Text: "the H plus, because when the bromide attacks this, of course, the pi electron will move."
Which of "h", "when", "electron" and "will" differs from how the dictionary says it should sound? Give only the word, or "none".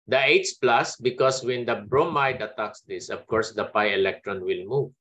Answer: h